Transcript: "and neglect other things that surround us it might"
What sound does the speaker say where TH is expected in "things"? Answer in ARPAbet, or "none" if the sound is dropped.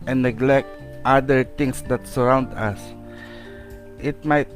T